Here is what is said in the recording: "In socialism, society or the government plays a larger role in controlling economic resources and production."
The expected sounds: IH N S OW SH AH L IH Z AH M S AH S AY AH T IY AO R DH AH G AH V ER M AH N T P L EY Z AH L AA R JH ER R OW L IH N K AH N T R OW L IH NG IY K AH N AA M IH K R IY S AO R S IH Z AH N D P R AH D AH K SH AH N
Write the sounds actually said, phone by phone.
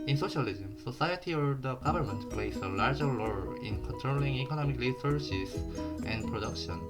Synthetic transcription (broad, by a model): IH N S OW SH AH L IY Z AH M S AH S AY AH T IY AO R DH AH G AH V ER M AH N T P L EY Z AH L AA R JH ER L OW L IH N K AH N T R OW L IH NG IY K AH N AA M IH K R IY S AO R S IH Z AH N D P R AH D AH K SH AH N